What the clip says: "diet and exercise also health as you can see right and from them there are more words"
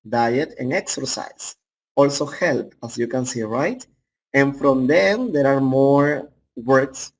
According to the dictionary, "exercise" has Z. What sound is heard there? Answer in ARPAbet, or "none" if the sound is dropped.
S